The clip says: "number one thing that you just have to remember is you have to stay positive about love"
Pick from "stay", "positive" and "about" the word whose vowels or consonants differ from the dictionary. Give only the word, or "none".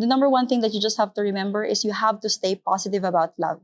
positive